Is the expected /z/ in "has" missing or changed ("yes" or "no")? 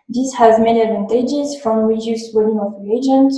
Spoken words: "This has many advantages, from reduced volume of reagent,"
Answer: no